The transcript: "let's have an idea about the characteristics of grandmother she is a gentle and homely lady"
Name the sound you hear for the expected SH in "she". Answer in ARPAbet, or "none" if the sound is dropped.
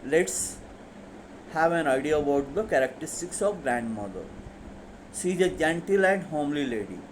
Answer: S